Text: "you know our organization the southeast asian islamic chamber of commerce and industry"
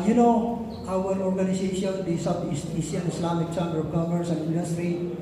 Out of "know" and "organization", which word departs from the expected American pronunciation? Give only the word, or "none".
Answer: organization